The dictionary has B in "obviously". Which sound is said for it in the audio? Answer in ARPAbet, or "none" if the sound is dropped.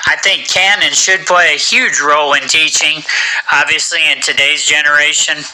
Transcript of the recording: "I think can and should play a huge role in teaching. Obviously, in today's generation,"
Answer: B